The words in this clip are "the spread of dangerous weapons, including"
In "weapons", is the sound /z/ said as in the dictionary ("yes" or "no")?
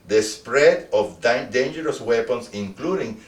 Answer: no